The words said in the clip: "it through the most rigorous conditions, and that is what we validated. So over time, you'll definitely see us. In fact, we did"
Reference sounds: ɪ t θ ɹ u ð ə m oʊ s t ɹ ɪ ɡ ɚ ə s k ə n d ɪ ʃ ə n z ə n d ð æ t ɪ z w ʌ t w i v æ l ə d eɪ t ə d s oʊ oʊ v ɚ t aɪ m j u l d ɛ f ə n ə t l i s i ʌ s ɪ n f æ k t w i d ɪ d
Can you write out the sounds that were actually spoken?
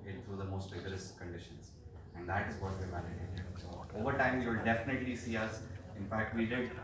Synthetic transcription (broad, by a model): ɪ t t ɹ u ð ə m oʊ s t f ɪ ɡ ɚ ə s k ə n d ɪ ʃ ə n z ə n d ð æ t ɪ z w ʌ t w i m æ n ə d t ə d s oʊ oʊ v ɚ t aɪ m j u l d ɛ f ə n ə t l i s i ʌ s ɪ n f æ k t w i d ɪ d